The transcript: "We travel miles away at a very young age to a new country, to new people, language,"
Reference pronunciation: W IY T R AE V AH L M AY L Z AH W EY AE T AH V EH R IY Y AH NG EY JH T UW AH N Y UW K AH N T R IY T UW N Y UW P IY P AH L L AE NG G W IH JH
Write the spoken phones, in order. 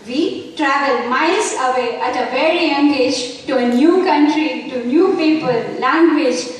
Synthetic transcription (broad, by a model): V IY T R AE V AH L M AY L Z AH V EY AE T AH V EH R IY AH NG EY JH T UW AH N Y UW K AH N T R IY T UW N Y UW P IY P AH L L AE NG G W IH JH